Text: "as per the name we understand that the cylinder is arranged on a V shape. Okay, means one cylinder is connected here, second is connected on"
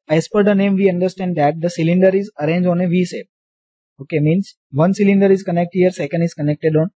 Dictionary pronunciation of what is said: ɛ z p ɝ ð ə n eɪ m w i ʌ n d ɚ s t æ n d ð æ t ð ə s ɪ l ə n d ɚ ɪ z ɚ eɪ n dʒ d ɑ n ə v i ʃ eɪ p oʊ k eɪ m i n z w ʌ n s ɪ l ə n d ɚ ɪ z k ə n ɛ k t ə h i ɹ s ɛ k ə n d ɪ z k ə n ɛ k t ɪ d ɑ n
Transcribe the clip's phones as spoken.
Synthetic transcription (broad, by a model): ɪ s p ɝ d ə n eɪ m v i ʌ n d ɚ s t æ n d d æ t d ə s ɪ l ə n d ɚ ɪ z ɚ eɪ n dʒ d ɑ n ə v i s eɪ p oʊ k eɪ m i n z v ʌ n s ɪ l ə n d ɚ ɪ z k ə n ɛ k t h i ɹ s ɛ k ə n d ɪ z k ə n ɛ k t ɪ d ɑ n